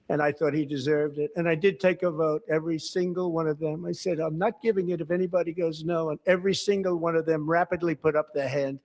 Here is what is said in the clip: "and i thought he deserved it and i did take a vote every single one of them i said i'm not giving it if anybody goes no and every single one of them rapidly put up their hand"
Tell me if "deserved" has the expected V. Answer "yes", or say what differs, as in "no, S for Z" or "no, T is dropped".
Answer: yes